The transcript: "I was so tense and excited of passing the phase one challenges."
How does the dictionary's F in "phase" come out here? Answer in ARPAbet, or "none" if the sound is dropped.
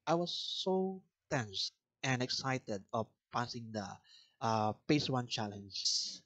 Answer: P